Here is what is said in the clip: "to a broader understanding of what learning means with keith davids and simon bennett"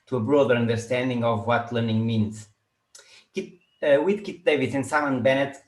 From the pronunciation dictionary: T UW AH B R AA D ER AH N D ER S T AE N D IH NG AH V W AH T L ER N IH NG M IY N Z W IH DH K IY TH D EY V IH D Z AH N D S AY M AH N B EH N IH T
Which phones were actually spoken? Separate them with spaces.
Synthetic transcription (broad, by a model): T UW AH B R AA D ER AH N D ER S T AE N D IH NG AH V W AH T L ER N IH NG M IY N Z W IH DH K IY T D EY V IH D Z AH N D S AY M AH N B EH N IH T